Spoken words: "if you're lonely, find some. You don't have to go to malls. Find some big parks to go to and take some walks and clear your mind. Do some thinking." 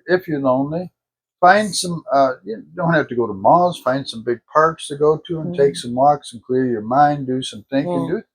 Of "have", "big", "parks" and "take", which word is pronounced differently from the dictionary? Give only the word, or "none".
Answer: have